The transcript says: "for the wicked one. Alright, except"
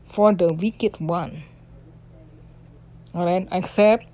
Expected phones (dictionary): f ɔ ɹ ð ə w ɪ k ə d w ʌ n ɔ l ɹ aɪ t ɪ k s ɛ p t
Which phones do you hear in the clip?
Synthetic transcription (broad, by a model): f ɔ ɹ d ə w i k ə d w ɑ n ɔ ɹ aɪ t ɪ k s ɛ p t